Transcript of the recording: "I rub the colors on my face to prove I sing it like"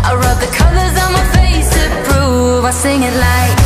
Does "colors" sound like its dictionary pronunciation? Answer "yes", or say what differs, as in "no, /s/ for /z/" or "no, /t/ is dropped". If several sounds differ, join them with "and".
yes